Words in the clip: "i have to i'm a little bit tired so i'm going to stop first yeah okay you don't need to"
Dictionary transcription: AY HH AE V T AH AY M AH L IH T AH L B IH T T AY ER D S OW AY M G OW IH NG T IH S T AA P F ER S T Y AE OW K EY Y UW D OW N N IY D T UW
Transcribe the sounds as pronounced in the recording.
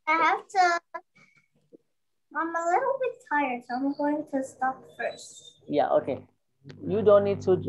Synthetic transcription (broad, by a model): AY HH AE F T AH AY M AH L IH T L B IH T T AY ER D S OW AY M G OW IH NG T IH S T AA P F ER S T Y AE OW K EY Y UW D OW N N IY D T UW